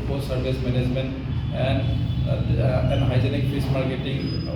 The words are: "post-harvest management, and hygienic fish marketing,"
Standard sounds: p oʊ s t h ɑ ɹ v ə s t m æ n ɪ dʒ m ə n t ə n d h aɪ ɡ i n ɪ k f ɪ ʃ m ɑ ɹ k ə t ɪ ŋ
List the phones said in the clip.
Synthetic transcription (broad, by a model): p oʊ s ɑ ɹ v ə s m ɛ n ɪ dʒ m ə n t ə n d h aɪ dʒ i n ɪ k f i s m ɑ ɹ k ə t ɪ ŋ